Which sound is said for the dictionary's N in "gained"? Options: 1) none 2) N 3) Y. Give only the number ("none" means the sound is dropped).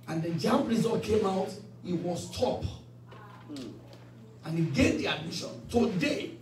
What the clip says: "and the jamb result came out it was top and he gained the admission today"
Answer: 1